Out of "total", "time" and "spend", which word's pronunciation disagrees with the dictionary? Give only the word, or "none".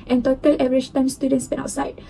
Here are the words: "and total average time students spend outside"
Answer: spend